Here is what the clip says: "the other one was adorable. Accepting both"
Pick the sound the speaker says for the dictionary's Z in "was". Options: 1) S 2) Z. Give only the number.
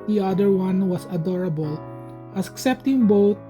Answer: 1